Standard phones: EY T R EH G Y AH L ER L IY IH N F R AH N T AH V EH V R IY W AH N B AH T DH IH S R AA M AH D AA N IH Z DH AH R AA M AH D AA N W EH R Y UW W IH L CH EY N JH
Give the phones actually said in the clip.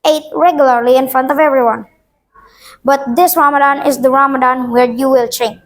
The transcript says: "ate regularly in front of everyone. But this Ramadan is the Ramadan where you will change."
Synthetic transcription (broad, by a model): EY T R EH G Y AH L ER L IY IH N F R AH N T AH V EH V R IY W AH N B AH T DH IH S R AA M AH D AA N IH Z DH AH R AA M AH D AA N W EH R Y UW W IH L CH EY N